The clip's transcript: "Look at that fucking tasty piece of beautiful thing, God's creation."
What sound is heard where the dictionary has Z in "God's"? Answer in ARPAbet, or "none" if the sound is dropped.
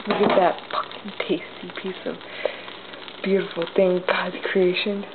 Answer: none